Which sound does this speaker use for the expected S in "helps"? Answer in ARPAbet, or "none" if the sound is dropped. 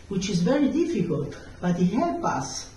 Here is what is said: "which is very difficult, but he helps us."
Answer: none